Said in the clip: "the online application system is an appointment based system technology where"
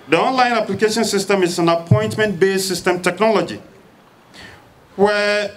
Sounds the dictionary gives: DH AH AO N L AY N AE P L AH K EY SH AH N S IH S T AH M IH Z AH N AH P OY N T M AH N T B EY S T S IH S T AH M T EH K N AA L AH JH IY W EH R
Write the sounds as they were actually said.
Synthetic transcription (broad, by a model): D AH AO N L AY N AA P L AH K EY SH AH N S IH S T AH M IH S AH N AH P OY N T M AH N T B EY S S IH S T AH M T EH K N AA L AH JH IY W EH